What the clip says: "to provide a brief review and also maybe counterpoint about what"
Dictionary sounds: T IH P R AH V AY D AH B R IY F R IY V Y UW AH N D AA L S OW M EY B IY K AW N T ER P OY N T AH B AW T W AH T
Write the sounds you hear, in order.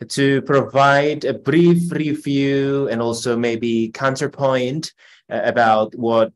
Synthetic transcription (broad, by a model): T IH P R AH V AY D AH B R IY F R IY V Y UW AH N AA L S OW M EY B IY K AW N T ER P OY N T AH B AW T W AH T